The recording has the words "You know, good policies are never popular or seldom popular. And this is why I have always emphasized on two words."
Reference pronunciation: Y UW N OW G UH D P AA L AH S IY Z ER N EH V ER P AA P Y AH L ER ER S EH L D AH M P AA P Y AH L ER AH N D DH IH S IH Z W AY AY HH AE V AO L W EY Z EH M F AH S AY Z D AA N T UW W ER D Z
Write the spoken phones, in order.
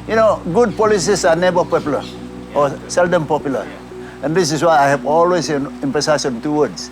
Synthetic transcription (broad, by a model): Y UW N OW G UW D P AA L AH S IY S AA N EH B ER P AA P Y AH L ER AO S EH L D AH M P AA P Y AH L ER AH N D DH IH S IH S W AY AY HH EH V AO L W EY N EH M P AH S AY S AA N T UW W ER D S